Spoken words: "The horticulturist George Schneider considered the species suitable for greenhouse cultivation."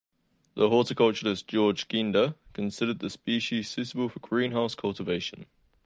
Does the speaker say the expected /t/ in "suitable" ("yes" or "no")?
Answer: no